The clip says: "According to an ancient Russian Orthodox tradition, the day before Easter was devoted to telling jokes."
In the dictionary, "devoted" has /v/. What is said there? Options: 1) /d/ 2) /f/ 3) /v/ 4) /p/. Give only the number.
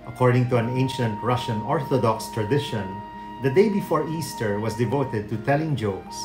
3